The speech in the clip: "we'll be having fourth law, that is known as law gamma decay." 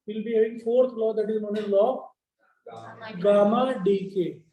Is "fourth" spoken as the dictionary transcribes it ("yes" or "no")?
no